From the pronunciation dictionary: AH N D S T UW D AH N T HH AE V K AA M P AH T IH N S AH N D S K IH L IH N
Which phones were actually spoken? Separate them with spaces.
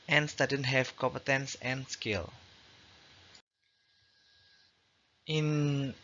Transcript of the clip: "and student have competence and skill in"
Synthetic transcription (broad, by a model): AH N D S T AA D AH N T HH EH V K AA M P AH T IH N S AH N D S K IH L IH N